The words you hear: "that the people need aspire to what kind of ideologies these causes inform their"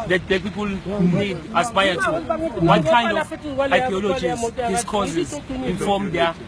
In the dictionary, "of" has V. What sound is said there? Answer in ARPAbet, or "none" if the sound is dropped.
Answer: W